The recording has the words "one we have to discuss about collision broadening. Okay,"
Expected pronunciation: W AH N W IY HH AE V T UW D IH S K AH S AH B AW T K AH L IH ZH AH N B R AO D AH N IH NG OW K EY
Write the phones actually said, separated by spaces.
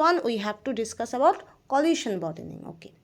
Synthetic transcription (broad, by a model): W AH N W IY HH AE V T UW D IH S K AH S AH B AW T K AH L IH SH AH N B AO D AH N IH NG OW K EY